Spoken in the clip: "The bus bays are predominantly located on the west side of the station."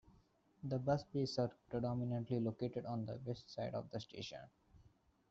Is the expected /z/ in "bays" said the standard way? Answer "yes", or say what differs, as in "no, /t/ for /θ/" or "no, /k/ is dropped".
no, /s/ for /z/